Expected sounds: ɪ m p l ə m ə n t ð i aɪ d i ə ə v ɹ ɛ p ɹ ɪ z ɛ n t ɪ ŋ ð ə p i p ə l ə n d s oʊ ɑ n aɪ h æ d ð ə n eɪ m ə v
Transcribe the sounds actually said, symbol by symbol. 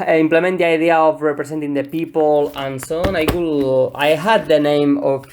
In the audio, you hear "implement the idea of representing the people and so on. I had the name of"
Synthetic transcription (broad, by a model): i m p l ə m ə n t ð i aɪ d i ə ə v ɹ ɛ p ɹ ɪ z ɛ n t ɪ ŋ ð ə p i p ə l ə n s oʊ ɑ l aɪ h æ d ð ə n eɪ m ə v